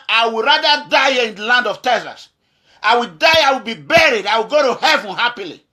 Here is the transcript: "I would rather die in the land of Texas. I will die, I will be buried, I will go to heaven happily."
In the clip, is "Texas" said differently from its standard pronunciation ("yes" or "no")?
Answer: yes